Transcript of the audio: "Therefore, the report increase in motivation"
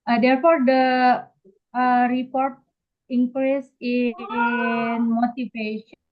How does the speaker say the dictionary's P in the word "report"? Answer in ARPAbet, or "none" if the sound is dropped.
P